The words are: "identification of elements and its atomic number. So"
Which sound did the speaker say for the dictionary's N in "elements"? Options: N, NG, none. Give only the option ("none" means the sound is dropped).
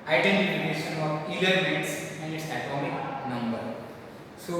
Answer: none